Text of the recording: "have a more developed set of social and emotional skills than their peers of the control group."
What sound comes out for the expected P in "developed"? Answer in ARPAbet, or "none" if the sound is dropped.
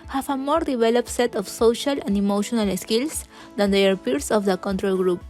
P